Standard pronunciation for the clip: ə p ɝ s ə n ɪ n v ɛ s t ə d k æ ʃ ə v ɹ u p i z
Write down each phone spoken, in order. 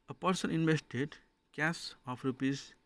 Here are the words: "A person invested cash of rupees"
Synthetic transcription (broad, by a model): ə p ɝ s ə n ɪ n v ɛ s t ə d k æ s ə p ɹ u p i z